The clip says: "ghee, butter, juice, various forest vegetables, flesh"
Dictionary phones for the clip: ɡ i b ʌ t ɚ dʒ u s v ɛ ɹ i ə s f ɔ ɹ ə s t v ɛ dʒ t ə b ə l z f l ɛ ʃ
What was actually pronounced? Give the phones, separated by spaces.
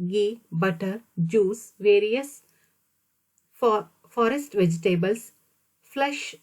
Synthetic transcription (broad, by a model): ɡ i b ʌ t ɚ dʒ u s v ɛ ɹ i ə s f ɔ ɹ ə s t v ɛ dʒ t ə b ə l s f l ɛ ʃ